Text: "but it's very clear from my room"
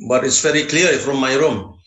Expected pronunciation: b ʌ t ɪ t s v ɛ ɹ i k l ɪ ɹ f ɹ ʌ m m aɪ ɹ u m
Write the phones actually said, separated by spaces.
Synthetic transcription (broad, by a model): b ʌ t ɪ t s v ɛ ɹ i k l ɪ l f ɹ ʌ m m aɪ ɹ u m